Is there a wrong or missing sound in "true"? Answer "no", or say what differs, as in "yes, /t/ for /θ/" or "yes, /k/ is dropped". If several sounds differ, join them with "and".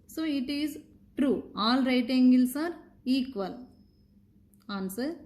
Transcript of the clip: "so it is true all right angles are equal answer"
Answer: no